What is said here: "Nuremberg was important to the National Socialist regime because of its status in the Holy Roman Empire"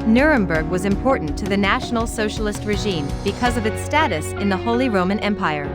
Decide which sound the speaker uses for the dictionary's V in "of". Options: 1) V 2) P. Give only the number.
1